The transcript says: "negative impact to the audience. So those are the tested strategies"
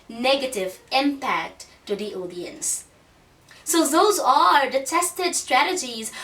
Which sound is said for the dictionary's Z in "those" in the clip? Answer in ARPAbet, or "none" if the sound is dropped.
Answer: Z